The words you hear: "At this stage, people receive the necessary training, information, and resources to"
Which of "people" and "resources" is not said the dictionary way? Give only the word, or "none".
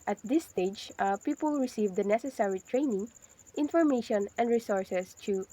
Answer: resources